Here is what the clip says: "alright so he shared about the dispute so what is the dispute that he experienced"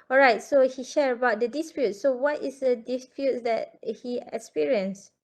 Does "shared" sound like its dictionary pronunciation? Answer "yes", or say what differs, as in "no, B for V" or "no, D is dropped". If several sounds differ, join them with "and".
no, D is dropped